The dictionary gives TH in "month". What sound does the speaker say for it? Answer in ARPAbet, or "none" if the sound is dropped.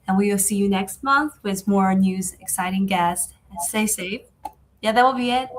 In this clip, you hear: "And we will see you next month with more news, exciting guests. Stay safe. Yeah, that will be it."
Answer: TH